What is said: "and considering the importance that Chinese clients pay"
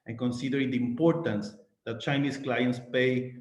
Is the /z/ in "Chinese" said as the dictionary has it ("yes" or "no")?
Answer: no